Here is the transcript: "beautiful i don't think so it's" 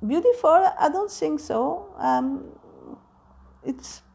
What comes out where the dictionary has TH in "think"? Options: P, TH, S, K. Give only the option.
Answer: S